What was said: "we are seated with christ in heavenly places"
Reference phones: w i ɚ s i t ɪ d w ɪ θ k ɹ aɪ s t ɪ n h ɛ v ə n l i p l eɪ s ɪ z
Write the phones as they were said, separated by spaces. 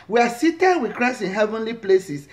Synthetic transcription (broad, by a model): w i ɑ s i t ɪ d w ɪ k ɹ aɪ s ɪ n h ɛ v ə n l i p l eɪ s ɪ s